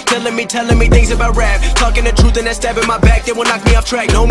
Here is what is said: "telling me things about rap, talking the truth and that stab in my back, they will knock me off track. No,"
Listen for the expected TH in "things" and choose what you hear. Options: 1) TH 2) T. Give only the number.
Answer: 1